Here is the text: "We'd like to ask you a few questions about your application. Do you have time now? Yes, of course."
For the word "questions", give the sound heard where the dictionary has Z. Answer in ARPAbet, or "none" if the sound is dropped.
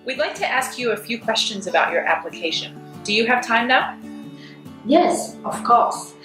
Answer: Z